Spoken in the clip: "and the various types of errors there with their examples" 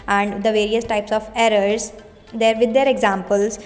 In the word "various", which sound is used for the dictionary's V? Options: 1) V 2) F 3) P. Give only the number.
1